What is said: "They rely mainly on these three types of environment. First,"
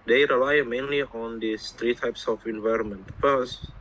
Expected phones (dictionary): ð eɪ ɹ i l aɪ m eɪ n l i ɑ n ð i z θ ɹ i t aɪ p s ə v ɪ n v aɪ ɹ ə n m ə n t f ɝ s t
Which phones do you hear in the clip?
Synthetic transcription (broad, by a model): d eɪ ɹ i l aɪ m eɪ n l i ɑ n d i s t ɹ i t aɪ p s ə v ɪ n v aɪ ɹ ə n m ə n t f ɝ s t